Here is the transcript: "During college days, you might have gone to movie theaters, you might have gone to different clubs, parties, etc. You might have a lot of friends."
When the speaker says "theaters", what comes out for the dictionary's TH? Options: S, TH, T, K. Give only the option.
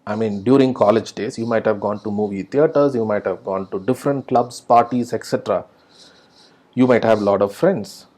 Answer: T